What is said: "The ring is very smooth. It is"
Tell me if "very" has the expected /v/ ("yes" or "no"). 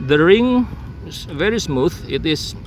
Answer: yes